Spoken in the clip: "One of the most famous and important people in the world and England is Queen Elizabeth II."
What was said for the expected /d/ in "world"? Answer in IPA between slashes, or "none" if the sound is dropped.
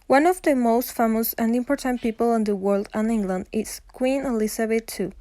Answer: /d/